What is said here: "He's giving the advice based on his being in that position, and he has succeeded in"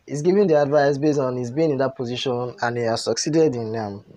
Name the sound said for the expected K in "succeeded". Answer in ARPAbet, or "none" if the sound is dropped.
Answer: K